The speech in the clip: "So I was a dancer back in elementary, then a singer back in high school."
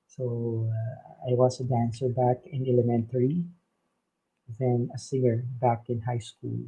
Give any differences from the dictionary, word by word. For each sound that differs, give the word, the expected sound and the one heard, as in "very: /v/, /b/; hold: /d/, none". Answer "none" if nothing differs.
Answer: was: /z/, /s/